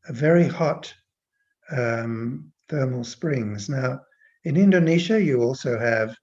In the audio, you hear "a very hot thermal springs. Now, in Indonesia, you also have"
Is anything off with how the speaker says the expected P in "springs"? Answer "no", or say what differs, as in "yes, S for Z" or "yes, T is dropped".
no